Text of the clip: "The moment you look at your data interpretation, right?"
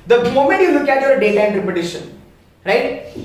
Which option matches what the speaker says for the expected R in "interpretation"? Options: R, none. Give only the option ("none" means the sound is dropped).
none